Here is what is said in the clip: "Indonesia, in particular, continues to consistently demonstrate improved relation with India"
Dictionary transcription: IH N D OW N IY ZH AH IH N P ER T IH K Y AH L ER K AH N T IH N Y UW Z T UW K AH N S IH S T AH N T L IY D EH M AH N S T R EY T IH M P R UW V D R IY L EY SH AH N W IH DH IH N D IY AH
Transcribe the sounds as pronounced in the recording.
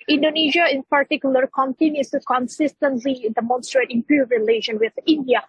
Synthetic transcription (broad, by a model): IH N D OW N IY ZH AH IH N P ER T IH K Y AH L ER K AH N T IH N Y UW S T UW K AH N S IH S T AH N T L IY D EH M AH N S T R EY T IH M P UW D R IY L EY SH AH N W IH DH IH N D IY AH